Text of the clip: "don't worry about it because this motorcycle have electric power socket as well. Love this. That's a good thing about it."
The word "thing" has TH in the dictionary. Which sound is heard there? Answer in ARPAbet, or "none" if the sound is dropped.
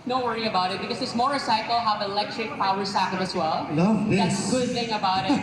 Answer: TH